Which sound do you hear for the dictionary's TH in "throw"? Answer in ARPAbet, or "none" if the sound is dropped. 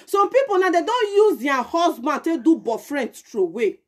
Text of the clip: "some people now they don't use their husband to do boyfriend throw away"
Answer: T